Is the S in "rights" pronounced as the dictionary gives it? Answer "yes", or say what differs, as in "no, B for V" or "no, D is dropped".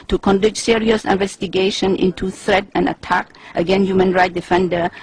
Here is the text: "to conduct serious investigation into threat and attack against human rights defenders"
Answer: no, S is dropped